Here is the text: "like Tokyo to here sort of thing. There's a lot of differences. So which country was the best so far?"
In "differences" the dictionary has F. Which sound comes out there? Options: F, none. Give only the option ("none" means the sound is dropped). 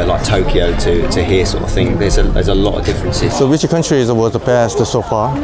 F